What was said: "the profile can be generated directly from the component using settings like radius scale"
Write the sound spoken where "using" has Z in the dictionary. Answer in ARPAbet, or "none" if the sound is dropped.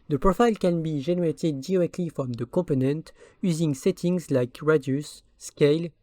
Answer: Z